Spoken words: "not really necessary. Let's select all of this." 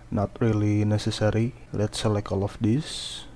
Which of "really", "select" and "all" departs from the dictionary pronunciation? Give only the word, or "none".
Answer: select